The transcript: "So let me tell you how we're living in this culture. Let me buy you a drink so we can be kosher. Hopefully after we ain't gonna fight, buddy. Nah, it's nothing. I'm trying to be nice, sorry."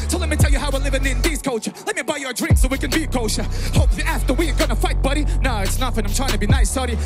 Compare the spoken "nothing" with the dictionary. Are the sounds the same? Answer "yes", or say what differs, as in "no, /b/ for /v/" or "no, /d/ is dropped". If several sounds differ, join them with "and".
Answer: no, /f/ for /θ/